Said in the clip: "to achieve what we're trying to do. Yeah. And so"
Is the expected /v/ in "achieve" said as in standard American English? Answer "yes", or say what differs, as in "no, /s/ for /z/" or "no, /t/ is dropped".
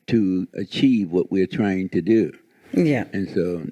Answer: yes